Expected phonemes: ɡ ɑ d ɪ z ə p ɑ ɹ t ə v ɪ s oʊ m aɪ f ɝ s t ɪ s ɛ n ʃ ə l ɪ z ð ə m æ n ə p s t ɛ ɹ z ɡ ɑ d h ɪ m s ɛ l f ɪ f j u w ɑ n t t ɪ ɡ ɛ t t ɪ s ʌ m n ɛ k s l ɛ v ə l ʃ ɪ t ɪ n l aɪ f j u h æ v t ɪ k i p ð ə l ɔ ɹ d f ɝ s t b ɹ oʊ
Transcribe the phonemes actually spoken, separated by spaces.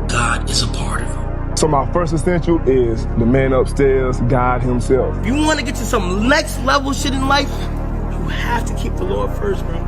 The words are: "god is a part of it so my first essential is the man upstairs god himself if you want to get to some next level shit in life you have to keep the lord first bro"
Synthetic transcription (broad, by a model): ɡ ɑ d ɪ z ə p ɑ ɹ t ə v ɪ s oʊ m aɪ f ɝ s t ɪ s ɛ n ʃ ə l ɪ z ð ə m æ n ə p s t ɛ ɹ z ɡ ɑ d h ɪ m s ɛ l f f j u w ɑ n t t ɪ ɡ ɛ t t ɪ s ʌ m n ɛ k s l ɛ v l ʃ ɪ t ɪ n l aɪ f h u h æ f t ɪ k i p ð ə l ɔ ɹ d f ɝ s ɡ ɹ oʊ